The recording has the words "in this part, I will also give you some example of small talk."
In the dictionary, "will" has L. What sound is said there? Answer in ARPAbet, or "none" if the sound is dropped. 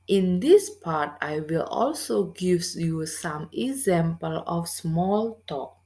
L